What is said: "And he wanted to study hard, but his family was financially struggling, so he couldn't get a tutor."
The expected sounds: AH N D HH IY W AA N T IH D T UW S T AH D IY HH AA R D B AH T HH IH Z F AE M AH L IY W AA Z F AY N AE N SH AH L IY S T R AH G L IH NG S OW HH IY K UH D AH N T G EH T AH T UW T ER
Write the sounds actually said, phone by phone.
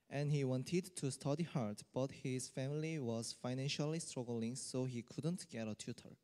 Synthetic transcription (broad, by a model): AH N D HH IY W AA N T IH D T UW S T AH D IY HH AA R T B AH T HH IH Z F AE M AH L IY W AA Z F AY N AE N SH AH L IY S T R AH G L IH NG S OW HH IY K UH D AH N T G EH T AH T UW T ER